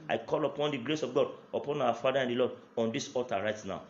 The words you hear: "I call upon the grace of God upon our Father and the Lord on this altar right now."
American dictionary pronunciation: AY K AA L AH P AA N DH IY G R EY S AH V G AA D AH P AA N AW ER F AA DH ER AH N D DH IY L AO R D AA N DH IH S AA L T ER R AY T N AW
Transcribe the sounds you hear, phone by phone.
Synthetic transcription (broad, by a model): AY K AA L AH P AA N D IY G R EY S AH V G AA D AH P AA N AW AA F AA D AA AH N D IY L AO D AA N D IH S AA T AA R AY T N AW